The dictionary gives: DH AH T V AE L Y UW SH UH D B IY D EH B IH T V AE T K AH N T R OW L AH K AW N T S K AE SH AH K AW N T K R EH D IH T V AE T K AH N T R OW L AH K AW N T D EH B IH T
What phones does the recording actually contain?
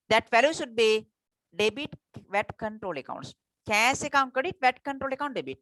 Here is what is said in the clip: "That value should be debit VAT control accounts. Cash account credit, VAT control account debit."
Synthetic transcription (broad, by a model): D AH T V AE L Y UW SH UH D B IY D EH B IH T V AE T K AH N T R OW L AH K AW N T S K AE S AH K AW N T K AH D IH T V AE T K AH N T R OW L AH K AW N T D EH B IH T